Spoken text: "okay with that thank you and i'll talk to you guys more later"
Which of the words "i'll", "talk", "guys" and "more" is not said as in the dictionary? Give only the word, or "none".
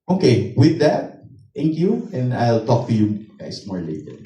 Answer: guys